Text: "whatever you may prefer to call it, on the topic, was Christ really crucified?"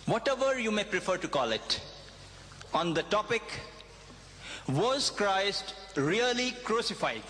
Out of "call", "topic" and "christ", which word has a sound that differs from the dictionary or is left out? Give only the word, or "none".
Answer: none